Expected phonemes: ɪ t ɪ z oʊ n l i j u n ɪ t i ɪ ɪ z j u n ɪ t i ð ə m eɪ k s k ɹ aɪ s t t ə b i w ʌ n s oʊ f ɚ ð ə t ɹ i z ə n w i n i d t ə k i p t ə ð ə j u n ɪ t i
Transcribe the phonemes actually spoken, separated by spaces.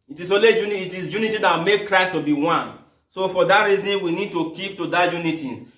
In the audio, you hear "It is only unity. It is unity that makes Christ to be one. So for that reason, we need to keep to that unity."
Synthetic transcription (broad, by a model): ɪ t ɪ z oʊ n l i j u n ɪ t i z j u n ɪ t i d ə m eɪ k k ɹ aɪ s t t ə b i w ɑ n s oʊ f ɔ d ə t ɹ i z ə n w i n i d t ə k i p t ə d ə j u n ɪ t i